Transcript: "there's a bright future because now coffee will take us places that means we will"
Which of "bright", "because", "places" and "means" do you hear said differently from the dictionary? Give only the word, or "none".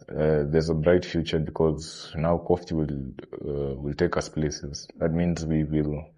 none